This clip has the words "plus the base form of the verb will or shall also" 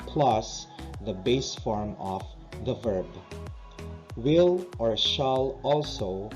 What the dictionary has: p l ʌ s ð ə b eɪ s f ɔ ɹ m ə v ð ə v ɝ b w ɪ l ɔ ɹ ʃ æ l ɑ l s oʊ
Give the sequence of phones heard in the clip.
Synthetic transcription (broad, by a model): p l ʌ s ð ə b eɪ s f ɔ ɹ m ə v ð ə v ɝ b w ɪ l ɔ ɹ ʃ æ l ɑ l s oʊ